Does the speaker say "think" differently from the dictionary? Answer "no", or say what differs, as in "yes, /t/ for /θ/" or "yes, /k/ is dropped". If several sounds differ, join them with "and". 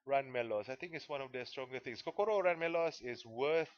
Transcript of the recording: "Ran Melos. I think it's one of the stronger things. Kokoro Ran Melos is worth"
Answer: yes, /t/ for /θ/